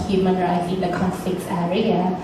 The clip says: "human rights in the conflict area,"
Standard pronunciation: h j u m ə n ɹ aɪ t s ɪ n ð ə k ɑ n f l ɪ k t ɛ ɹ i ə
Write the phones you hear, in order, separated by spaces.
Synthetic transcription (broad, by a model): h j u m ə n ɹ aɪ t ɪ n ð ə k ɑ n f l ɪ k t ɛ ɹ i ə